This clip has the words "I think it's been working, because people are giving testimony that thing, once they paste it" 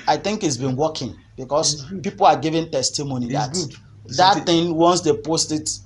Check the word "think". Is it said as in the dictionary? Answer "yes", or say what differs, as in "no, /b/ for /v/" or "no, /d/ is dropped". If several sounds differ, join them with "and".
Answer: yes